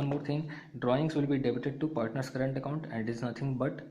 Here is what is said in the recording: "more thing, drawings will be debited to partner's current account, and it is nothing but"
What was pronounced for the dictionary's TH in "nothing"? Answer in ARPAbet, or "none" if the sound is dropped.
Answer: T